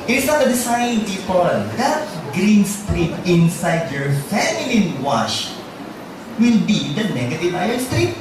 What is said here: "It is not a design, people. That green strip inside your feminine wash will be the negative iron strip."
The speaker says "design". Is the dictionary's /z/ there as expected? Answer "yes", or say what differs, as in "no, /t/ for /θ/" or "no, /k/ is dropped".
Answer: no, /s/ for /z/